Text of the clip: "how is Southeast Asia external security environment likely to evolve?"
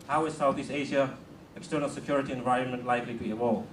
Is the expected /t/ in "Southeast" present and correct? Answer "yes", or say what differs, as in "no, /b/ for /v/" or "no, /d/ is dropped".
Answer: no, /t/ is dropped